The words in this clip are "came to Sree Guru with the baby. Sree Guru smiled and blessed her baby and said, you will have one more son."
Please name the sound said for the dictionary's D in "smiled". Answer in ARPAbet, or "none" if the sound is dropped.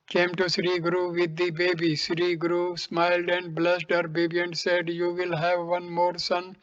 D